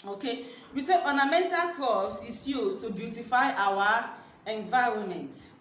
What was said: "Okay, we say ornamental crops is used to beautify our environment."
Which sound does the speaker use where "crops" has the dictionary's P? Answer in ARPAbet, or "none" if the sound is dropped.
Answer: none